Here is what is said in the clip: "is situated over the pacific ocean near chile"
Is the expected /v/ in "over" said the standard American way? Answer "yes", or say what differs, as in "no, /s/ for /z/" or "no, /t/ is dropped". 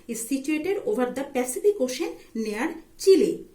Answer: no, /b/ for /v/